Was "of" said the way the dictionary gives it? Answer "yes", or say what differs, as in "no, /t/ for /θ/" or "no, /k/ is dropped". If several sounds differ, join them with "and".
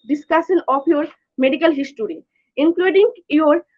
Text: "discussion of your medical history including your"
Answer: no, /p/ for /v/